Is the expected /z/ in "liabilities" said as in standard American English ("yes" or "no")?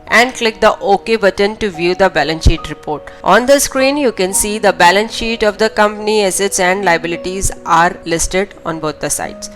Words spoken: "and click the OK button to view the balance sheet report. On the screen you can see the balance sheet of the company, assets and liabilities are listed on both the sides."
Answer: yes